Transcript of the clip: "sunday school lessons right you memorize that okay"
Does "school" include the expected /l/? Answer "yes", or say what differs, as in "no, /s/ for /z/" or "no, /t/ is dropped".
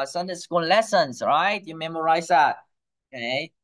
no, /n/ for /l/